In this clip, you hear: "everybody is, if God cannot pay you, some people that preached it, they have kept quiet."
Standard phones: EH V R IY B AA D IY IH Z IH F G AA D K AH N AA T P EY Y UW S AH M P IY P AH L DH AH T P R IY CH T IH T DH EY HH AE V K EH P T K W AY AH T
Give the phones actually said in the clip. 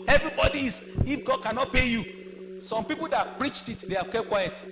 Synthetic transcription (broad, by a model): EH V R IY B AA D IY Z IH F G AA D K AH N AA T P EY Y UW S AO M P IY P AH L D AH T P R IY CH T IH T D EY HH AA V K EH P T K W AY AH T